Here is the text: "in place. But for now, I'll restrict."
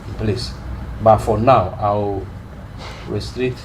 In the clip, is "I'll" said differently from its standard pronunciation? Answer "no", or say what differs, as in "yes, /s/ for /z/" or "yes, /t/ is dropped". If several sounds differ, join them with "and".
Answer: yes, /w/ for /l/